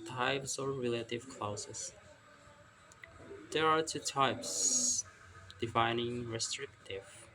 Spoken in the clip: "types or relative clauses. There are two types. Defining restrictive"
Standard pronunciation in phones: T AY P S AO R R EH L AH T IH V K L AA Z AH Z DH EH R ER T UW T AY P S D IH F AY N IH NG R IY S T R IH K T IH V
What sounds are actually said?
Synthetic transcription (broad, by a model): T AY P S AO R R EH L AH T IH V K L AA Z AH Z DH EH R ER T UW T AY P S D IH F AY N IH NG R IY S T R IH K T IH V